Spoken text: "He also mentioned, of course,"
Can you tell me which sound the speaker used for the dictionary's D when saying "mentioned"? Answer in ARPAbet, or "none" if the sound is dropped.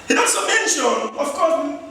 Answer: none